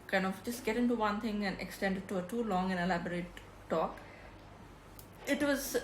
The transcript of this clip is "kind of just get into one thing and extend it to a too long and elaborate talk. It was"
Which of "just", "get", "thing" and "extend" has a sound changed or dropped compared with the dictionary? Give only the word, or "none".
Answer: thing